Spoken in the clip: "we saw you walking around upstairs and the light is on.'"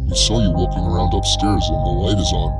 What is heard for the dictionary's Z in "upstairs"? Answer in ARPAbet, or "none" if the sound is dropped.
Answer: Z